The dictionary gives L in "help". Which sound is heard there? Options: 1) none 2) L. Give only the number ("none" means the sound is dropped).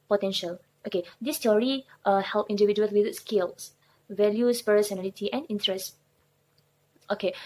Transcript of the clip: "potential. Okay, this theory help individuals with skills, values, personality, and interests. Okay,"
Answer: 2